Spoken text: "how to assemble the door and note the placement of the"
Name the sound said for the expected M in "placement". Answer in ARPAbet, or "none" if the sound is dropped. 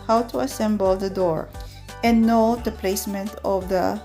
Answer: M